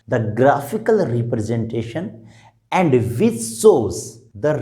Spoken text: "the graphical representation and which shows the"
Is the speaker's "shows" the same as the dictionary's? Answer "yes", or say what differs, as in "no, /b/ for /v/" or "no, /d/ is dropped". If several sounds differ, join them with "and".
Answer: no, /s/ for /ʃ/